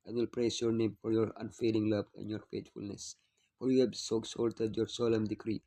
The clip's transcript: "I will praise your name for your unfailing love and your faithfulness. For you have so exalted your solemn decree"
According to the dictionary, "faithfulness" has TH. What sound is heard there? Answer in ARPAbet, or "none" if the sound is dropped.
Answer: T